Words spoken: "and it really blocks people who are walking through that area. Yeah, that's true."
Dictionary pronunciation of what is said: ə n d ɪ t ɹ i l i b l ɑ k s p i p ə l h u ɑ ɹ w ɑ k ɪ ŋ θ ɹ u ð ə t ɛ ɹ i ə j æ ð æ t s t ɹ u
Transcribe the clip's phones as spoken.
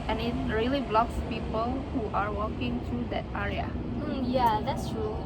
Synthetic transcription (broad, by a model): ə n ɪ t ɹ i l i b l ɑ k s p i p ə l h u ɑ ɹ w ɑ k ɪ ŋ t ɹ u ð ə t ɛ ɹ i ə j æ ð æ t s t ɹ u